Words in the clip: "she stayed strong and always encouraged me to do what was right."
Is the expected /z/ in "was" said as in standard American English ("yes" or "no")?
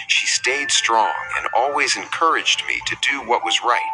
yes